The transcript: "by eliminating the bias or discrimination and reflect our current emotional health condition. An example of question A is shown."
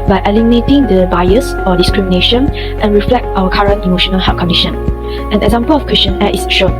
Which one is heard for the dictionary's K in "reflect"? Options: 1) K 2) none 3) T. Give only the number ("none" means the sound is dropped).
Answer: 1